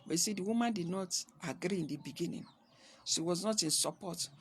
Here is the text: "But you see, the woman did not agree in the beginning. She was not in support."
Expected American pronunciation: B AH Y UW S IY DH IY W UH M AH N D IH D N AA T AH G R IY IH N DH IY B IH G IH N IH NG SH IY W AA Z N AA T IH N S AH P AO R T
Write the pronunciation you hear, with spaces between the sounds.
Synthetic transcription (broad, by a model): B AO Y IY S IY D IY W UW M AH N D IH D N AA T AH G R IY IH N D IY B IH G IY N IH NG S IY W AA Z N AA T IH N S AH P AO T